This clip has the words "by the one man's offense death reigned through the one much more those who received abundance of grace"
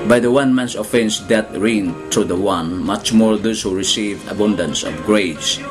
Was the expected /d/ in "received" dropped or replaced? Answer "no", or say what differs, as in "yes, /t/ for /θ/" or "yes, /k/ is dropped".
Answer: yes, /d/ is dropped